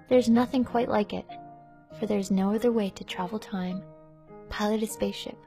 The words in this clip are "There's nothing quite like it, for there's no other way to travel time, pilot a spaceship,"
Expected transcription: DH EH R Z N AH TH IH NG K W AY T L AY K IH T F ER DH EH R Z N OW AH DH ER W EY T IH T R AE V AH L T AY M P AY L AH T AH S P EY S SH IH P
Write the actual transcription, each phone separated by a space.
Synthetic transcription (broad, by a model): DH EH R Z N AH TH IH NG K W AY T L AY K IH T F ER DH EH R Z N OW AH DH ER W EY T IH T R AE V L T AY M P AY L AH T AH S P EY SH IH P